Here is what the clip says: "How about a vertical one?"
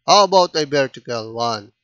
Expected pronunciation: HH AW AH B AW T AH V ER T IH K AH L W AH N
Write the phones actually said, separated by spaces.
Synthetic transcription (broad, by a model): HH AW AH B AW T AH B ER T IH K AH L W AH N